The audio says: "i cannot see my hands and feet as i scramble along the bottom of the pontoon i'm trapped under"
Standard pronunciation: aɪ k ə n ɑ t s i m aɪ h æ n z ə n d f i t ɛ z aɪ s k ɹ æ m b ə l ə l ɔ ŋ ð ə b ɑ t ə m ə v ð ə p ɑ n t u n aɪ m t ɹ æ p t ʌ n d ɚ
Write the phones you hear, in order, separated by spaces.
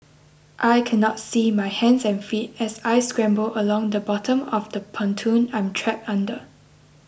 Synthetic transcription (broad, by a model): aɪ k ə n ɑ t s i m aɪ h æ n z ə n f i t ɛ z aɪ s k ɹ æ m b ə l ə l ɔ ŋ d ə b ɑ t ə m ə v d ə p ɑ n t u n aɪ m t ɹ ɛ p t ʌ n d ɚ